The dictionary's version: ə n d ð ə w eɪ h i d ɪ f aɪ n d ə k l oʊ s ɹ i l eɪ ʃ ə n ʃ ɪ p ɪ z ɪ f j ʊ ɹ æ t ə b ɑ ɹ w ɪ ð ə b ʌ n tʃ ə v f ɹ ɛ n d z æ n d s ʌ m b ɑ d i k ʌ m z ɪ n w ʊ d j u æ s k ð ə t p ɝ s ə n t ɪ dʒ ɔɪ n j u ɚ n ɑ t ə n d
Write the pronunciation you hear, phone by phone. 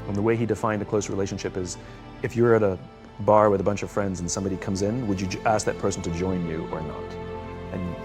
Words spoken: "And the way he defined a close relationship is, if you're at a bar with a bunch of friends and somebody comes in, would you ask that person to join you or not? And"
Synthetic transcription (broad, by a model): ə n ð ə w eɪ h i d ɪ f aɪ n d ə k l oʊ s ɹ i l eɪ ʃ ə n ʃ ɪ p ɪ z ɪ f j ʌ ɹ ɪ t ə b ɑ ɹ w ɪ ð ə b ʌ n tʃ ə v f ɹ ɛ n d z n s ʌ m b ɑ d i k ʌ m z ɪ n w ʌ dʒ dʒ æ s k ð ə t p ɝ s n t ɪ dʒ ɔɪ n j u ɚ n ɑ t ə n